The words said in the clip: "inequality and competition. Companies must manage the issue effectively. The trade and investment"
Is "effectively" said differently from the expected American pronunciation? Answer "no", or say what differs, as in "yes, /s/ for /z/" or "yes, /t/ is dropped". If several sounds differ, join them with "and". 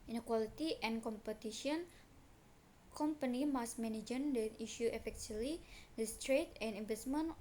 yes, /v/ is dropped